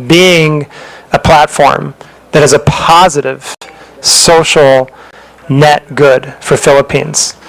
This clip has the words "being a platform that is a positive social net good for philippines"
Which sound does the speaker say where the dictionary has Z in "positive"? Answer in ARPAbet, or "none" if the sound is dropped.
Z